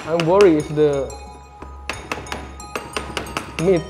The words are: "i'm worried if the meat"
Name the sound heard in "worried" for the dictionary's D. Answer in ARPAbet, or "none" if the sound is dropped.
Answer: none